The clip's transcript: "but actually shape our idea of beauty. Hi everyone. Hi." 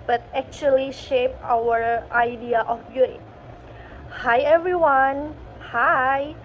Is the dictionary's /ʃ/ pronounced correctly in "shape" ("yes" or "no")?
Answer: yes